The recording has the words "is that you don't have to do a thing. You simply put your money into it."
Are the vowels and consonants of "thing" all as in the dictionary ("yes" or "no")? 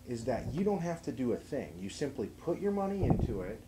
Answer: yes